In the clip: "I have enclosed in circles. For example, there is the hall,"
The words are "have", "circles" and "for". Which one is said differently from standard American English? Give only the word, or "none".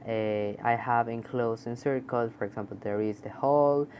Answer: circles